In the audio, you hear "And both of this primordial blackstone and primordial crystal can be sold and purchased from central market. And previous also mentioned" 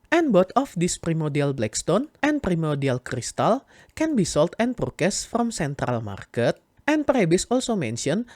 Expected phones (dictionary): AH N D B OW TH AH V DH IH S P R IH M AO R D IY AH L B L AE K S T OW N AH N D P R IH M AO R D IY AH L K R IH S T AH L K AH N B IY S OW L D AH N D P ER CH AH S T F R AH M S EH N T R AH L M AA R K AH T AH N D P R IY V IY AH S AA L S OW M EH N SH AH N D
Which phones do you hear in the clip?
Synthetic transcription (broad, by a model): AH N B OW T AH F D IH S P R IH M AO R D IY AH L B L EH K S T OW N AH N P R IH M AO R D IY AH L K R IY S T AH L K AH N B IY S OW L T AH N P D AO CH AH S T F R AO M S EH N T R AH L M AA R K AH T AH N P R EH B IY S AA L S OW M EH N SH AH N